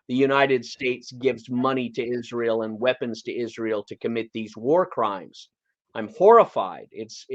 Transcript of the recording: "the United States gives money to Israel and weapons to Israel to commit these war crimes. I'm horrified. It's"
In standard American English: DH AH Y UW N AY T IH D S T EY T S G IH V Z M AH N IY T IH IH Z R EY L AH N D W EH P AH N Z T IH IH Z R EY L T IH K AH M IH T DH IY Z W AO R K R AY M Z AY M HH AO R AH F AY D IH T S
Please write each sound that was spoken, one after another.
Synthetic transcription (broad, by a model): DH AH Y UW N AY T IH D S T EY T S G IH V Z M AH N IY T IH IH Z R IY L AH N W EH P AH N Z T IH IH Z R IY L T IH K AH M IH T DH IY Z W AO R K R AY M Z AY M HH AO R AH F AY D IH T S